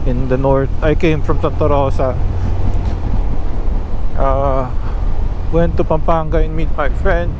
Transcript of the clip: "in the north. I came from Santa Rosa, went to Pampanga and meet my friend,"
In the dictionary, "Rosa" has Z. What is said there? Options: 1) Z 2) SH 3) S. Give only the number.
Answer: 3